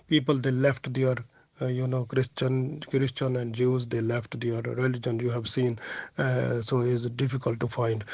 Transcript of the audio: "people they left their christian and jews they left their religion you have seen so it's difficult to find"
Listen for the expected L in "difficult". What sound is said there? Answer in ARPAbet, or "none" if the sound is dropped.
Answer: L